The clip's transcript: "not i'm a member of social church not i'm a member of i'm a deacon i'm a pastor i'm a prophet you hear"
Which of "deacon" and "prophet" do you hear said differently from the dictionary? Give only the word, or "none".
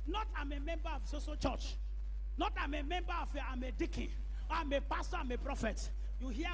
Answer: deacon